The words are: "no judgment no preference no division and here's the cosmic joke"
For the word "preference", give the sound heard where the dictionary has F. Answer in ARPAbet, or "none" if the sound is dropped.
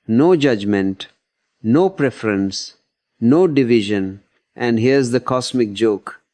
F